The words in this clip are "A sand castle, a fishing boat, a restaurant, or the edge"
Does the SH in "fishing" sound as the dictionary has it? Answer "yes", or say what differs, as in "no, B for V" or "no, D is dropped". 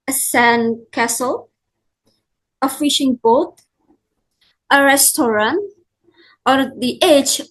yes